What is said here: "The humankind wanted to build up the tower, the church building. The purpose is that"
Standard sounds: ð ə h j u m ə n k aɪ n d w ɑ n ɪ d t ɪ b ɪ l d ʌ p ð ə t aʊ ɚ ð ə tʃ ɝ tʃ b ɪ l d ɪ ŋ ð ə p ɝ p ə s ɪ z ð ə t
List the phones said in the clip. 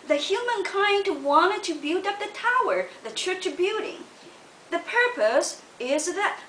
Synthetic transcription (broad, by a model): ð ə h j u m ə n k aɪ n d w ɑ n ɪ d t ɪ b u d ʌ p ð ə t aʊ ɚ ð ə tʃ ɝ tʃ b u d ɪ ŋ ð ə p ɝ p ə s ɪ z ð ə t